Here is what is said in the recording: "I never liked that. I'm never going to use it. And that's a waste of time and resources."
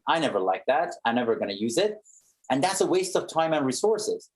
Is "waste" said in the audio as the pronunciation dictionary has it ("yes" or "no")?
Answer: yes